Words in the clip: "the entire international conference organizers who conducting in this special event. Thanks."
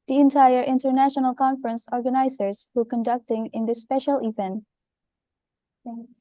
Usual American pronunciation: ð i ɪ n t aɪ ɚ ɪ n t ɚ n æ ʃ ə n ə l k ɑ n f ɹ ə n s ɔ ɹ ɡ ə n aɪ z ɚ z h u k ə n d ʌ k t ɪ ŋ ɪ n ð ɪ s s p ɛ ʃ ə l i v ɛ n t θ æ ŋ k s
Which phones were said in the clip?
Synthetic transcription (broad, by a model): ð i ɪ n t aɪ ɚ ɪ n t ɚ n æ ʃ ə n ə l k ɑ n f ɹ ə n s ɔ ɹ ɡ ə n aɪ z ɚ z h u k ə n d ʌ k t ɪ ŋ ɪ n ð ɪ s s p ɛ ʃ ə l i v ɛ n t